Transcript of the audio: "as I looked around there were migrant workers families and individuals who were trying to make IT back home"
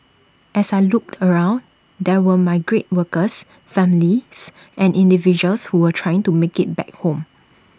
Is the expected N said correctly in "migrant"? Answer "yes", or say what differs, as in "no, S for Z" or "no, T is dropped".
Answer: no, N is dropped